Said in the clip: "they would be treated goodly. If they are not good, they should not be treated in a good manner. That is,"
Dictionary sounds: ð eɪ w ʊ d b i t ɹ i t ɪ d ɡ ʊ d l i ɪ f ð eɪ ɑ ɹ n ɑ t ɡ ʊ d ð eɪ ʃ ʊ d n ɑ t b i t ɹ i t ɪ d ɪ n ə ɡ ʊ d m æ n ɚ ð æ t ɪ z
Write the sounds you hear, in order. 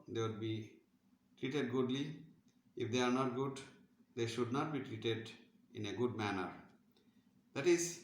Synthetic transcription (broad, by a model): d eɪ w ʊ d b i t ɹ i t ɪ d ɡ ʊ d l i ɪ f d eɪ ɑ ɹ n ɑ t ɡ ʊ d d eɪ ʃ ʊ d n ɑ t b i t ɹ i t ɪ d ɪ n ə ɡ ʊ d m æ n ɚ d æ t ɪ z